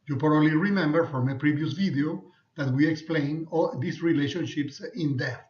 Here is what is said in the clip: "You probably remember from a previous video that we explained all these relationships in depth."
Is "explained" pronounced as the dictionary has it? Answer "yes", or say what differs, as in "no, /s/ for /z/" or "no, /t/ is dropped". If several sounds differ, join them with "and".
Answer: no, /d/ is dropped